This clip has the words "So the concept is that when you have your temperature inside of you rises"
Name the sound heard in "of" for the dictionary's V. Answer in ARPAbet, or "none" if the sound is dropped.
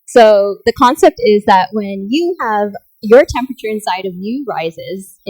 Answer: V